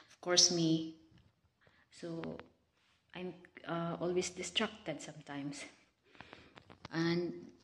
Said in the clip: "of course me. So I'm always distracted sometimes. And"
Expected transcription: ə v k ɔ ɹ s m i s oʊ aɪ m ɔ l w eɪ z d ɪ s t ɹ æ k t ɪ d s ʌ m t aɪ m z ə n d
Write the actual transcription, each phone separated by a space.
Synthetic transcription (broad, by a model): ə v k ɔ ɹ s m i s oʊ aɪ m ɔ l w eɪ s d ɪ s t ɹ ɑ k t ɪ d s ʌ m t aɪ m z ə n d